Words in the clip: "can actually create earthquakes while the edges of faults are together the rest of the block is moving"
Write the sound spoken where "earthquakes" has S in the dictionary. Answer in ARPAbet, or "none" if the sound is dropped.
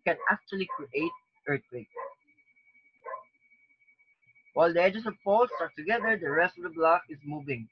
none